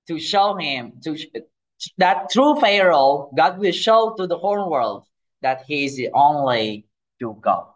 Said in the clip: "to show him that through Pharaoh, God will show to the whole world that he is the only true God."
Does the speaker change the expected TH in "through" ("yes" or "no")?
yes